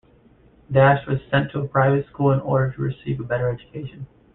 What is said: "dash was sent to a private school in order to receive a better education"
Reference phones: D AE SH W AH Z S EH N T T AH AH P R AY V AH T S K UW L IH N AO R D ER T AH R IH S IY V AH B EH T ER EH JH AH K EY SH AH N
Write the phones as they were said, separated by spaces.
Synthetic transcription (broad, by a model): D AE SH W AH Z S EH N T T AH AH P R AY V AH T S K UW L IH N AO R D ER T AH R IH S IY V AH B EH T ER EH JH AH K EY SH AH N